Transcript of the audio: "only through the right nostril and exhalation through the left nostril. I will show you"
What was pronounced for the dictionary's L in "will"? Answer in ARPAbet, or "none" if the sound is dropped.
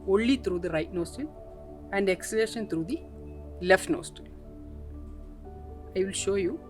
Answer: L